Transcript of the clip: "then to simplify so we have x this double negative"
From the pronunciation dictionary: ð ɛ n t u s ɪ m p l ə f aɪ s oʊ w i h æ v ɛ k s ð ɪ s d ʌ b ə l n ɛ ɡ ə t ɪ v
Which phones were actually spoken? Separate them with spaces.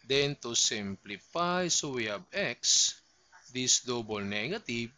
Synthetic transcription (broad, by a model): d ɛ n t u s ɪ m p l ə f aɪ s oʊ w i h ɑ b ɛ k s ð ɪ s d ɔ b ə l n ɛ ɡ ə t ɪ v